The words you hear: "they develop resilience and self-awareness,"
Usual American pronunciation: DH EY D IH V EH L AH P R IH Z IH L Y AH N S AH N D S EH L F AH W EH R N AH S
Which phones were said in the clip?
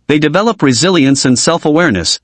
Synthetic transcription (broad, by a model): DH EY D IH V EH L AH P R IH Z IH L Y AH N S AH N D S EH L F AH W EH R N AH S